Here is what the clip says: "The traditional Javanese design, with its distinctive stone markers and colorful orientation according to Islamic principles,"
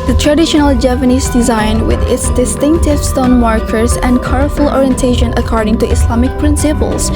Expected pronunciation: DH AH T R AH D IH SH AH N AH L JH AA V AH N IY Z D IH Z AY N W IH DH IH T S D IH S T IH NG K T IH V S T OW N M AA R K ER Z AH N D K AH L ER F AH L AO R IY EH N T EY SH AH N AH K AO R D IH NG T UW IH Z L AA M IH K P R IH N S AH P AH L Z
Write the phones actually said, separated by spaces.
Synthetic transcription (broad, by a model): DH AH T R AH D IH SH AH N AH L JH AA P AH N IY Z D IH Z AY N W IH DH IH T S D IH S T IH NG K T IH V S T OW N M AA R K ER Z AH N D K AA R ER F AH L AO R IY EH N T EY SH AH N AH K AO R D IH NG T UW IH S L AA M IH K P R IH N S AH P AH L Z